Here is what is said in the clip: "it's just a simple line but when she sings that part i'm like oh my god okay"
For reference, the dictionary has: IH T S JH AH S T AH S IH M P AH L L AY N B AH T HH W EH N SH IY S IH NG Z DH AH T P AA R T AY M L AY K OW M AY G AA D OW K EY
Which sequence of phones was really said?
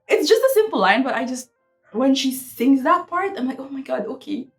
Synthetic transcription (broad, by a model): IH T S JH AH S T AH S IH M P AH L L AY N B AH T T W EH N SH IY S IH NG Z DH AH T P AA R T AY M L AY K OW M AY G AA D OW K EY